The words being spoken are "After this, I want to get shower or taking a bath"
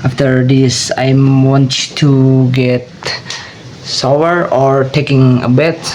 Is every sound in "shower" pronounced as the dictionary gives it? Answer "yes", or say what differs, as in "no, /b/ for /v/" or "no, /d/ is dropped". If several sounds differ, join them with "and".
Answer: no, /s/ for /ʃ/